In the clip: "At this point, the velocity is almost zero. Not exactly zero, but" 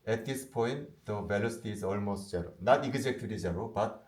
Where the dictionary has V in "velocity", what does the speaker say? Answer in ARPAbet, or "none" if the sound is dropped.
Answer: B